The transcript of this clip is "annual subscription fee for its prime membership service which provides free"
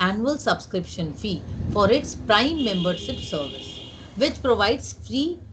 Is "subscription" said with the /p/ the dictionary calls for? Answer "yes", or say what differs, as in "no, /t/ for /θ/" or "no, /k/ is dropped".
yes